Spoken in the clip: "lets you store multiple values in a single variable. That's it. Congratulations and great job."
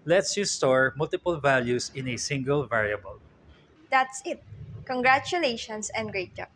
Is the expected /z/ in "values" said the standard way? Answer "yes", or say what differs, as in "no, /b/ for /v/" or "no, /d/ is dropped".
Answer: no, /s/ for /z/